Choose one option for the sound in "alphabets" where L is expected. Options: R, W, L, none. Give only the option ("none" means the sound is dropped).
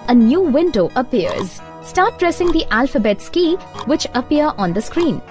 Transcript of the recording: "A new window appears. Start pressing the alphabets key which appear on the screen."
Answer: L